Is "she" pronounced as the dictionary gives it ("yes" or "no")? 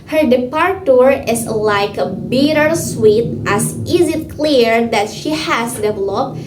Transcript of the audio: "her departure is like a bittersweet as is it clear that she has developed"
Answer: yes